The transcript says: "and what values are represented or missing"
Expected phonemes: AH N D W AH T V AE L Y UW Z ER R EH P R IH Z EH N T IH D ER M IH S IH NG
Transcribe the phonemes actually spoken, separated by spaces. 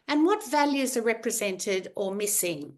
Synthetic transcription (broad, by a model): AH N W AH T V AE L Y UW Z ER R EH P R IH Z EH N T IH D ER M IH S IH NG